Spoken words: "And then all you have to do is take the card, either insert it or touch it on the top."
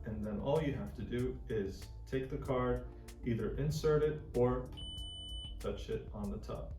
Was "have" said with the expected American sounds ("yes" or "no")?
no